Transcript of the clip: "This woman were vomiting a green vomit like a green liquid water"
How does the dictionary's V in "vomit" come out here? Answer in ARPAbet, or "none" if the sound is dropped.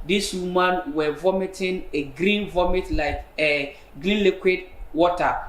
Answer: V